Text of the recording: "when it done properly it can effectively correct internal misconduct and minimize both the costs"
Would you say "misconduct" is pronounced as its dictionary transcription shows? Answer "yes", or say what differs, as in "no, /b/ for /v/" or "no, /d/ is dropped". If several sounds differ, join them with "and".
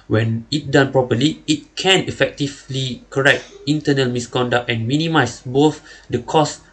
yes